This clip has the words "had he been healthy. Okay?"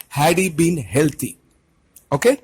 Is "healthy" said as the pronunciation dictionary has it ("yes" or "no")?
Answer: no